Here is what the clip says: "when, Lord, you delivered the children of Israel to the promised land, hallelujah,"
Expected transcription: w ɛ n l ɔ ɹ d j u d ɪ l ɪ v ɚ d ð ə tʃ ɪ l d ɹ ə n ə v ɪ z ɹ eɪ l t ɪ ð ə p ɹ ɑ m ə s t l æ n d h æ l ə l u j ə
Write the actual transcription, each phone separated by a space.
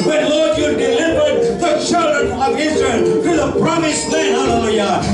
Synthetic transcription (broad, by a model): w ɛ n l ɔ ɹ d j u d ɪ l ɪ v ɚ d ð ə tʃ ɪ l d ɹ ə n ə v ɪ z ɹ eɪ l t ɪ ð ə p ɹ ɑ m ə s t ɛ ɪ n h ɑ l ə l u j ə